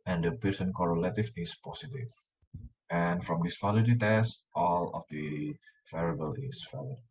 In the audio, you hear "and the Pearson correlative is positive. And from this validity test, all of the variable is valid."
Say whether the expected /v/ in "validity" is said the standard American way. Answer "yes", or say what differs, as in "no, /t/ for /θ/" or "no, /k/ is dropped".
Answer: no, /f/ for /v/